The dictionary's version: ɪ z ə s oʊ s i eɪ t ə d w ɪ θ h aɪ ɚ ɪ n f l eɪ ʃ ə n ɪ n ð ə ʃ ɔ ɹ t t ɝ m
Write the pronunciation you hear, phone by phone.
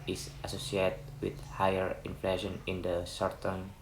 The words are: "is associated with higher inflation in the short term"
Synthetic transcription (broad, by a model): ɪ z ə s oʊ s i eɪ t w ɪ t h aɪ ɚ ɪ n f l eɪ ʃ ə n ɪ n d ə s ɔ ɹ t t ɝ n